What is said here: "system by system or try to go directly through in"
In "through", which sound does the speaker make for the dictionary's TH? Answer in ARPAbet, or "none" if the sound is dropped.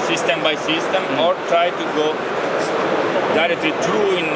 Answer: T